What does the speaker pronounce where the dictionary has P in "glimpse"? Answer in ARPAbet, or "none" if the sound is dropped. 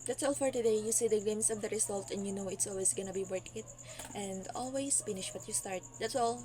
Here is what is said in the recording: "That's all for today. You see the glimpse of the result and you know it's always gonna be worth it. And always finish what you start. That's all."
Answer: none